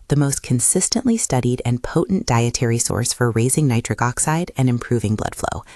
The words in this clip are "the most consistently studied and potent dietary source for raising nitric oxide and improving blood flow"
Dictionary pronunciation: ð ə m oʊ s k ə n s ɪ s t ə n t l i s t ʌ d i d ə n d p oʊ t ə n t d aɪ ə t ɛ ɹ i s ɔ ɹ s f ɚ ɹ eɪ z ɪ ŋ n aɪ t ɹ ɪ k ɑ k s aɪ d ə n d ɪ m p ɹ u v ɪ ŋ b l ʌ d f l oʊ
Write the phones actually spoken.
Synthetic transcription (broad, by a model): ð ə m oʊ s k ə n s ɪ s t ə n t l i s t ʌ d i d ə n p oʊ t n d aɪ ə t ɛ ɹ i s ɔ ɹ s f ɚ ɹ eɪ z ɪ ŋ n aɪ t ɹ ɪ k ɑ k s aɪ d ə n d ɪ m p ɹ u v ɪ ŋ b l ʌ d f l oʊ